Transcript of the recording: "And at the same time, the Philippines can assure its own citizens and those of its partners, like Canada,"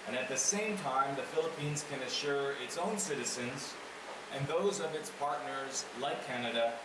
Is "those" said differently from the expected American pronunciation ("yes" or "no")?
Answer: no